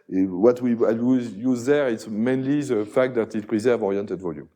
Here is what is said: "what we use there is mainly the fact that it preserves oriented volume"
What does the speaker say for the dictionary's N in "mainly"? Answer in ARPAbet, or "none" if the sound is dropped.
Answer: N